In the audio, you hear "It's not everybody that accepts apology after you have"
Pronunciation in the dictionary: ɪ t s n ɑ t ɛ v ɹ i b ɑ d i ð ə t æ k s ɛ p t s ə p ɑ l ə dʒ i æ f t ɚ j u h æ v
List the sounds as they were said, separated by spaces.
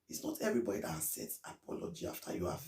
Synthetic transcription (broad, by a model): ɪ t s n ɑ t ɛ v ɹ i b ɑ d i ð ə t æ s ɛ t s ə p ɑ l ə dʒ i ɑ f t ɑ j u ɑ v